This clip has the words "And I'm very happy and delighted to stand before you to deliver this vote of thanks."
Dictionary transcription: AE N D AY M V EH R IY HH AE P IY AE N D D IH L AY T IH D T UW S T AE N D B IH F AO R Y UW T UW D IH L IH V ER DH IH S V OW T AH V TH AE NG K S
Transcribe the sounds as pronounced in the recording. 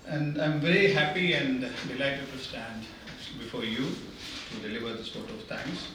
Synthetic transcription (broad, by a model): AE N D AY M V EH R IY HH AE P IY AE N D D IH L AY T IH D T UW S T AE N D B IH F AO R Y UW T UW D IH L IH V ER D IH S P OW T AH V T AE NG K S